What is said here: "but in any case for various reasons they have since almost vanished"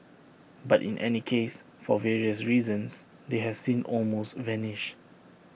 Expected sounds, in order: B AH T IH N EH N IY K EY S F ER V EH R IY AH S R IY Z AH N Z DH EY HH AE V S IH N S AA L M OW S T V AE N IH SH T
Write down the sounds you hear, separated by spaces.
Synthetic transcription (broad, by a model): B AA T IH N EH N IY K EY S F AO V EH R IY AH S R IY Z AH N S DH EY HH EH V S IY N AA L M OW S T V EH N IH SH